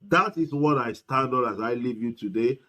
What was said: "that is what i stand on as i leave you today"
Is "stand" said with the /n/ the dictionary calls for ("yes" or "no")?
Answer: no